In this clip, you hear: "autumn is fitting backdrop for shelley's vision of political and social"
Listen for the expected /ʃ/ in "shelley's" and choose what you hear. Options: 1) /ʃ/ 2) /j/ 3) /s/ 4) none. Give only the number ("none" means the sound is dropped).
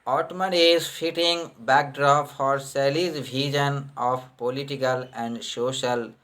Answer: 3